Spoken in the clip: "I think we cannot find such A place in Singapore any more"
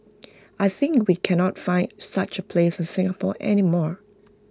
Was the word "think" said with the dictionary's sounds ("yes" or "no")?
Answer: yes